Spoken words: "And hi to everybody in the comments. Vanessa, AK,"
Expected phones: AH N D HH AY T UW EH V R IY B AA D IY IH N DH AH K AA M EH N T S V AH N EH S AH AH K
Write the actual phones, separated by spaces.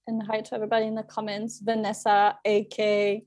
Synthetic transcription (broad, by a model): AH N HH AY T UW EH V R IY B AA D IY IH N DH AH K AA M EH N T S V AH N EH S AH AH K